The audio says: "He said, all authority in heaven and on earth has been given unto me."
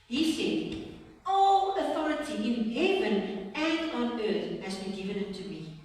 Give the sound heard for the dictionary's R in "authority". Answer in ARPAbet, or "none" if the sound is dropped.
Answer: R